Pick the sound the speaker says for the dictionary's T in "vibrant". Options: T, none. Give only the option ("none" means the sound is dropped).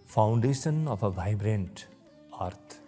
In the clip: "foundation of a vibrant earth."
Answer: T